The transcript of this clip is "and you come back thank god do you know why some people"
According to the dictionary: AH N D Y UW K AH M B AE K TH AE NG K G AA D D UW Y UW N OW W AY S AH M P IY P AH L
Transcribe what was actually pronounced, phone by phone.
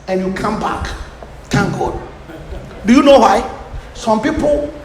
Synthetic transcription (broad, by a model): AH N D Y UW K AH M B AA K T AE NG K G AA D D UW Y UW N OW W AY S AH M P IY P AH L